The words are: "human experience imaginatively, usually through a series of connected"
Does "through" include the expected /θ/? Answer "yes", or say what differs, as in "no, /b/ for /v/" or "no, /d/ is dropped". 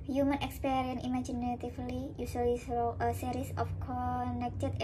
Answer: no, /s/ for /θ/